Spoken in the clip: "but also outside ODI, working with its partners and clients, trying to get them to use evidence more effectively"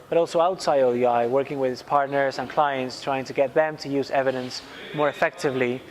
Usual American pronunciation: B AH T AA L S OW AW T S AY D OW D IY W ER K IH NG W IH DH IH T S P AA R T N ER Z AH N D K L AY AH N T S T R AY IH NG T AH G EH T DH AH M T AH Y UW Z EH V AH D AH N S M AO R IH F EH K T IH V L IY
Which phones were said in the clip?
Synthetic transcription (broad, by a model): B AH T AA L S OW AW T S AY D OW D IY W ER K IH NG W IH DH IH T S P AA R T N ER Z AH N K L AY AH N T S T R AY IH NG T AH G EH T DH AH M T AH Y UW Z EH V AH D AH N S M AO R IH F EH K T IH V L IY